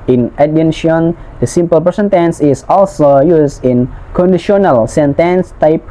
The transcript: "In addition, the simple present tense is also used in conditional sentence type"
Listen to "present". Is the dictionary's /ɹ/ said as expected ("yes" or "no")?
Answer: no